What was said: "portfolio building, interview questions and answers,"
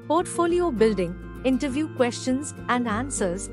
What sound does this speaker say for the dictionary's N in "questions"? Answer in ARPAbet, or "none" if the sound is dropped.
N